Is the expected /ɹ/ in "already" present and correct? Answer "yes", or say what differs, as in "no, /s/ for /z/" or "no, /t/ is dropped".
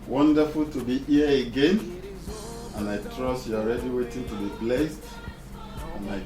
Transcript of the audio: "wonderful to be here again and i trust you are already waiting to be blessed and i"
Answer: yes